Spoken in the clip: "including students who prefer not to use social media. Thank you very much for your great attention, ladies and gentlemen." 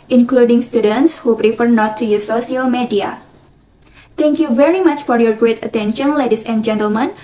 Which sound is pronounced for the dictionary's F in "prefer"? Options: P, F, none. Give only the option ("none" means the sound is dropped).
F